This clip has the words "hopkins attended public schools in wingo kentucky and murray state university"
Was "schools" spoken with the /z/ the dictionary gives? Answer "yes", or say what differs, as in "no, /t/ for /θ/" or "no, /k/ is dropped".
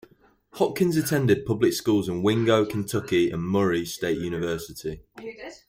yes